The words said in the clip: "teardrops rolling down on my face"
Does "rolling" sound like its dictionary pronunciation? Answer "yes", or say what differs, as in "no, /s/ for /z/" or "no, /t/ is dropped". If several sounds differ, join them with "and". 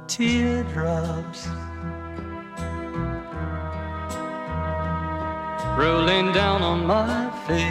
yes